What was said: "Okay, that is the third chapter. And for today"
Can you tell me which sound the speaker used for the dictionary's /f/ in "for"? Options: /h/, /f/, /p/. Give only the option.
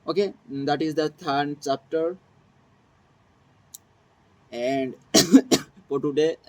/p/